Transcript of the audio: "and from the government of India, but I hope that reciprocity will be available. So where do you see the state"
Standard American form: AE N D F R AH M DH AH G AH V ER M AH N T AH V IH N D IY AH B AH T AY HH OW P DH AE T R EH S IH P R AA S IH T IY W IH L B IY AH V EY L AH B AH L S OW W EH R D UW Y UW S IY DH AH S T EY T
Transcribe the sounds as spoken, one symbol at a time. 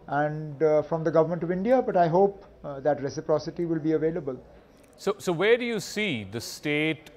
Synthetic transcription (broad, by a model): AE N D F R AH M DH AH G AH V ER M AH N T AH V IH N D IY AH B AH T AY HH OW P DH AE T R EH S IH P R AA S IH T IY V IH L B IY AH V EY L AH B AH L S OW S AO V D UW Y UW S IY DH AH S T EY T